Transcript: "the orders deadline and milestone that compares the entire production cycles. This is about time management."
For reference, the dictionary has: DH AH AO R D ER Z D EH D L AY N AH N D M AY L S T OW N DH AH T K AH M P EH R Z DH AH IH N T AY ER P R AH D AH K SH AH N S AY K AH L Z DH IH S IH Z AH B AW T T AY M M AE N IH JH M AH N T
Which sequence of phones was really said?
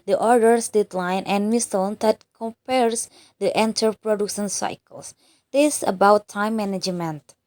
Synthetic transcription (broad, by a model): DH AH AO R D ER S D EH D L AY N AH N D M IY S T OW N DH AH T K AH M P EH R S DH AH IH N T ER P R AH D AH K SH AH N S AY K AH L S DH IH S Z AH B AW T T AY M M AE N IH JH M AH N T